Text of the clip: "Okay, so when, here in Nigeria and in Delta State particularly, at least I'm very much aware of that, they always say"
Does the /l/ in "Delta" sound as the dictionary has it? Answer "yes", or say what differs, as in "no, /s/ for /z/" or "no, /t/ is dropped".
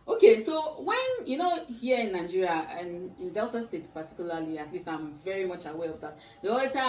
yes